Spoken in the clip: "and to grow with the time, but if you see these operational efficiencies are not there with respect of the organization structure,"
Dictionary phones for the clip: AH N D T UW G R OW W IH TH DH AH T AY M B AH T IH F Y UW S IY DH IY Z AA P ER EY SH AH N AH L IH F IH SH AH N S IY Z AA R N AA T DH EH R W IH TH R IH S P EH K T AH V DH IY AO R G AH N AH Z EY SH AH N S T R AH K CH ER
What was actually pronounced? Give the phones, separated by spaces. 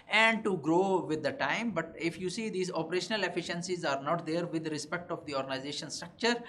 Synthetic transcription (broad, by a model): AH N D T UW G R OW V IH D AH T AY M B AH T IH F Y UW S IY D IY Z AA P ER EY SH AH N AH L IH F IH SH AH N S IY Z AA R N AA T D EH R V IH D R IH S P EH K T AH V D IY AO R G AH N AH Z EY SH AH N S T R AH K CH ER